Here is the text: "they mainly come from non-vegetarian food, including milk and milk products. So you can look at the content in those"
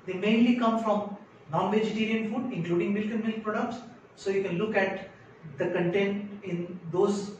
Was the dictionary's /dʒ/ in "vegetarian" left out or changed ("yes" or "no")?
no